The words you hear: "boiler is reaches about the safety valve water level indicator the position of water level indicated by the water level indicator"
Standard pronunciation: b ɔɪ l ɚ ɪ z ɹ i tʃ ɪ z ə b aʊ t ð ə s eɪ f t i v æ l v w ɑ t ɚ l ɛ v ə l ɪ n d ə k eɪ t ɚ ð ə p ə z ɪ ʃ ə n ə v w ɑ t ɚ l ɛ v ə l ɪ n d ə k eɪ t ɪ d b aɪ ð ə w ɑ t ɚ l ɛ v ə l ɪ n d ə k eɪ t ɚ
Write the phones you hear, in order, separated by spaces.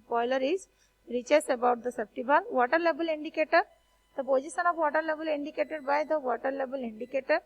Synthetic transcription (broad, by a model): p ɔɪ l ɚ ɪ z ɹ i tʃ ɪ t ə b aʊ t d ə s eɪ p t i b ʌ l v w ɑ t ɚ l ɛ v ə l ɪ n d ə k eɪ t ɚ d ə p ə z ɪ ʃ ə n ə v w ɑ t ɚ l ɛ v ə l ɪ n d ə k eɪ t ɪ d b aɪ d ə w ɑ t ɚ l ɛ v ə l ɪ n d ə k eɪ t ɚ